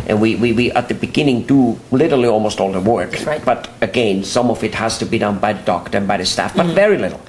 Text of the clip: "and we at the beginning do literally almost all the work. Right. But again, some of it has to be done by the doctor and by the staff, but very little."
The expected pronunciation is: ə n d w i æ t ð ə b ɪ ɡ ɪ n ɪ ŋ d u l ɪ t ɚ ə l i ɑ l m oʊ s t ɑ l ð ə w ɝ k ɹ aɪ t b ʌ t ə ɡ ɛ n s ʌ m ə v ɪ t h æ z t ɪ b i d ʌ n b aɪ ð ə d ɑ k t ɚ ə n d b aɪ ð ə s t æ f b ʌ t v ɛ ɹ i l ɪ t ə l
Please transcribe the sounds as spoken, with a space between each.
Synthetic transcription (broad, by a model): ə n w w i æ t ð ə b ɪ ɡ ɪ n ɪ ŋ d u l ɪ t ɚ l i ɑ l m oʊ s t ɑ l ð ə w ɝ k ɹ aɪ b ʌ t ə ɡ ɛ n s ʌ m ə v ɪ t h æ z t ɪ b i d ʌ n b aɪ ð ə d ɑ k t ɚ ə n b aɪ ð ə s t æ f b ʌ t v ɛ ɹ i l ɪ t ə l